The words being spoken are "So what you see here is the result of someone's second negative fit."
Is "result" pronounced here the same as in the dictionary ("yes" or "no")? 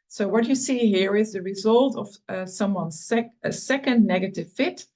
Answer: yes